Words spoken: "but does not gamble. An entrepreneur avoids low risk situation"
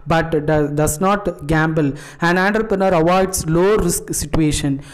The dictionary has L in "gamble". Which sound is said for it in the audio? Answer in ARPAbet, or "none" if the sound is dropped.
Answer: L